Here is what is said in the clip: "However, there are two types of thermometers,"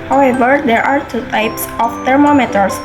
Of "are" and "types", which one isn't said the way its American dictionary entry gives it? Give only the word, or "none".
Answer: none